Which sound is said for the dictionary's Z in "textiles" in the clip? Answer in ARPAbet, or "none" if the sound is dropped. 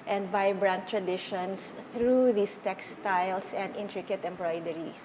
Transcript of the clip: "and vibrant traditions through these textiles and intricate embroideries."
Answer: S